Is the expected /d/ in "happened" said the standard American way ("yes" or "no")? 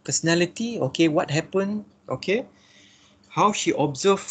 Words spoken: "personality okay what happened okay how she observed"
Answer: no